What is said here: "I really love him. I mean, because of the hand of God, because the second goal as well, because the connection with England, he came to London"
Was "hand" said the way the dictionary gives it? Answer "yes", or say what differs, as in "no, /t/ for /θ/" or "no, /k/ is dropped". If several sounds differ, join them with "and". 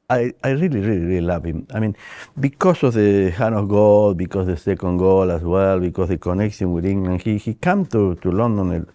no, /d/ is dropped